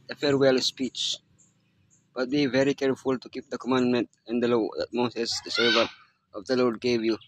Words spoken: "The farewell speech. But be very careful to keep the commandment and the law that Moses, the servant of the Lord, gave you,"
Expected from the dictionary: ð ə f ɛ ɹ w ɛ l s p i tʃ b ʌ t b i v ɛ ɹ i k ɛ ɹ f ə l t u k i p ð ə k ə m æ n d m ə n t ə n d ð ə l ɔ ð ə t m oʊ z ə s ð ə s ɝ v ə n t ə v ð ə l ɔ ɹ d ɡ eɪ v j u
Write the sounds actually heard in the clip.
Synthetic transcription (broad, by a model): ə f ɛ ɹ w ɛ l s p i tʃ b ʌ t b i v ɛ ɹ i k ɛ ɹ f ə l t u k i p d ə k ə m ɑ n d m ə n t ə n d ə l ɔ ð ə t m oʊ s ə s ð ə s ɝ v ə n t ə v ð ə l ɔ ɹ d ɡ eɪ v j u